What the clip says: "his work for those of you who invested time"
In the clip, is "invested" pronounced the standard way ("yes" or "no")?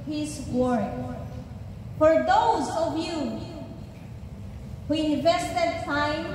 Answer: yes